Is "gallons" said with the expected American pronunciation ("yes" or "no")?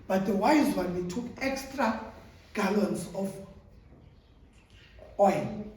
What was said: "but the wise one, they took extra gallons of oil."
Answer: no